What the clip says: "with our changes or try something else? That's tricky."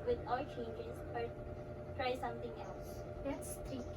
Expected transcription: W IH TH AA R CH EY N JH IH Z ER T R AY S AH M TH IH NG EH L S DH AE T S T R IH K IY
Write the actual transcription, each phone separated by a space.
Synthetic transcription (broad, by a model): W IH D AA L CH EY N JH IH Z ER T R AY S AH M T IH NG EH L S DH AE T S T R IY